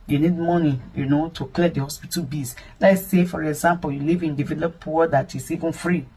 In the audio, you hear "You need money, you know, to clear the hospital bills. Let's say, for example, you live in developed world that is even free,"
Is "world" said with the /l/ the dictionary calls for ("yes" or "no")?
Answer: no